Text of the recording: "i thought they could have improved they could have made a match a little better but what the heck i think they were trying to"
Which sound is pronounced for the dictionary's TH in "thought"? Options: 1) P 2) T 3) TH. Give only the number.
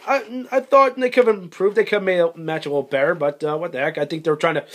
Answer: 3